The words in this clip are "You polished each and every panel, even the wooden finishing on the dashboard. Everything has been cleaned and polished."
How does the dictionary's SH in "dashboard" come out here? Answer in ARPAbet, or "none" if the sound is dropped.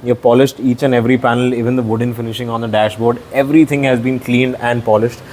SH